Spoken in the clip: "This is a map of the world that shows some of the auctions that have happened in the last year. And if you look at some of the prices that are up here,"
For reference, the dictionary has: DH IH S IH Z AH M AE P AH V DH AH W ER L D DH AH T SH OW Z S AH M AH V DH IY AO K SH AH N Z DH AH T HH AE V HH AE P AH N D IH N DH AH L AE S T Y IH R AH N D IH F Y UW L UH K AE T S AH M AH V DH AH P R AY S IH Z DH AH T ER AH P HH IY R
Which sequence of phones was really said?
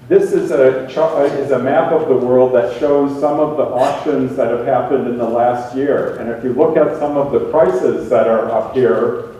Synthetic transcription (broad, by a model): DH IH S IH Z AH M AE P AH V DH AH W ER L D DH AH T SH OW Z S AH M AH V DH IY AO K SH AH N Z DH AH T HH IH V HH AE P AH N D IH N DH AH L AE S T Y IH R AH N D IH F Y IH L UH K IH T S AH M AH V DH AH P R AY S IH Z DH AH T ER AH P HH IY R